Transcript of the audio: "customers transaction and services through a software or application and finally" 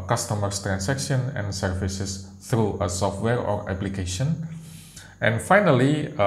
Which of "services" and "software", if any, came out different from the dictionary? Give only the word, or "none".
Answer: services